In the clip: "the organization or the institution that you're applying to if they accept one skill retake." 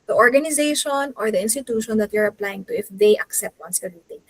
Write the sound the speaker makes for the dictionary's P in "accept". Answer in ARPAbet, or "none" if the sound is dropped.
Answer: P